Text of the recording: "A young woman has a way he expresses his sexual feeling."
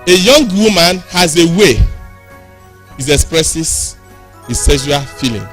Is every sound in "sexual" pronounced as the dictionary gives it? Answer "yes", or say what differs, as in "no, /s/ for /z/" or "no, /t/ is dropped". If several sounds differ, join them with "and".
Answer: no, /k/ is dropped